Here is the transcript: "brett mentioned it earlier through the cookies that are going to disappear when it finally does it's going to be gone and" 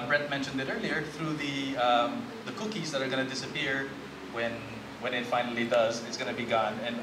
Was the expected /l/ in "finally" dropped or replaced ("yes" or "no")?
no